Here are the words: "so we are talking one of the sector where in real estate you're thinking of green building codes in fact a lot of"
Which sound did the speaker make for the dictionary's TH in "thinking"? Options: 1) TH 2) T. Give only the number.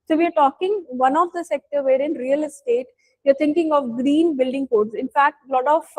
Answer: 2